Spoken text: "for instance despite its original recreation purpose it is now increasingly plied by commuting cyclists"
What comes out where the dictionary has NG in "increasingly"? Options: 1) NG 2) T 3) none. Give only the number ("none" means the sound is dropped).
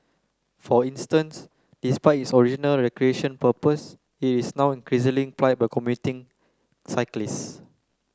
3